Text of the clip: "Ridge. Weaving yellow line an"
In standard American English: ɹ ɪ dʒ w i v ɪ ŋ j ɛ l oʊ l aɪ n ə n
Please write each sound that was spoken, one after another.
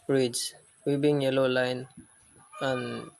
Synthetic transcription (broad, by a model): ɹ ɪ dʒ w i b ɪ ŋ j ɛ l oʊ l aɪ n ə n